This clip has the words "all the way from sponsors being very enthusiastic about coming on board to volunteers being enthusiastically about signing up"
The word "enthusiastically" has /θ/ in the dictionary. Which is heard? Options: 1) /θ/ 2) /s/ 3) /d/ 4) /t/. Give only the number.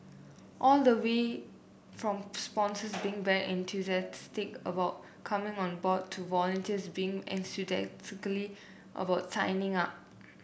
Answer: 2